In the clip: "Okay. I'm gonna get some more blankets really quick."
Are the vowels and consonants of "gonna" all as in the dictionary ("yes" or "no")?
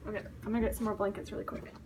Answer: no